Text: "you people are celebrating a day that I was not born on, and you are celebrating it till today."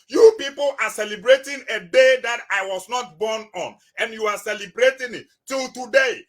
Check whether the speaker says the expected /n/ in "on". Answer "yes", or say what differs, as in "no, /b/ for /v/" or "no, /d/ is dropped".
yes